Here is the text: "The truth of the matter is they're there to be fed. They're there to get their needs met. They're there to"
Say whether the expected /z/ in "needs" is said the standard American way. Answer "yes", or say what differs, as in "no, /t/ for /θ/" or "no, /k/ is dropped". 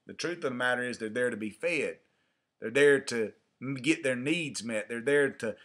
yes